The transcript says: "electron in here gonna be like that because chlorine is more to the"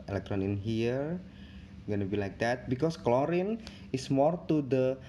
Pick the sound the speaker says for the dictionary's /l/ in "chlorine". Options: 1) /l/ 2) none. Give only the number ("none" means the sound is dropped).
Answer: 1